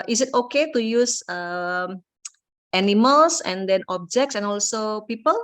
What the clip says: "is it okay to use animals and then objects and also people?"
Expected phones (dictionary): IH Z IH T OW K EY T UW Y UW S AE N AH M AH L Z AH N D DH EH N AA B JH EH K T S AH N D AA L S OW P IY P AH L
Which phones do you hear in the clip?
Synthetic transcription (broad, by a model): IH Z IH T OW K EY T UW Y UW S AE N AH M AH L S AH N D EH N AA B JH EH K T S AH N AA L S OW P IY P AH L